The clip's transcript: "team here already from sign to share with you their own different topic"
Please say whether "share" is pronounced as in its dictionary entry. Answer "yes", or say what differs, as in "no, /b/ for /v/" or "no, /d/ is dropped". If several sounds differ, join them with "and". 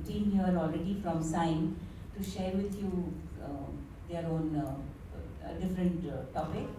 yes